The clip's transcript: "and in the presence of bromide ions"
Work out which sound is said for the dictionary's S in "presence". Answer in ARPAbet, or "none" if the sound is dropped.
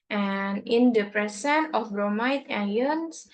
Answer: none